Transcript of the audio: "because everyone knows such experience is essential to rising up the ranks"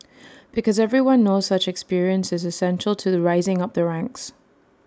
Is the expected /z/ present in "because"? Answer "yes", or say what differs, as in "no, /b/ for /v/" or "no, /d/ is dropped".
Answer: yes